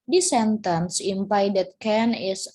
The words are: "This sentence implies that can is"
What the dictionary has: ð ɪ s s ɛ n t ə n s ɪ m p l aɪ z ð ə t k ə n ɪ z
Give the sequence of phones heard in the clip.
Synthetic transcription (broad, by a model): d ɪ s s ɛ n t ə n s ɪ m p aɪ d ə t k ə n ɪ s